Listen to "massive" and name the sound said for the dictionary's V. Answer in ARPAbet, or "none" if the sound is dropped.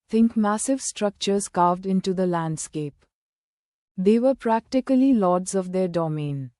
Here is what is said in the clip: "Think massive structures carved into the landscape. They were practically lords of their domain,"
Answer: V